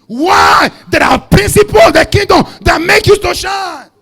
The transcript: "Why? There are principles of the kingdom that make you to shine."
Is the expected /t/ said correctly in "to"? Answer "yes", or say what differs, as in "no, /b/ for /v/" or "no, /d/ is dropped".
no, /s/ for /t/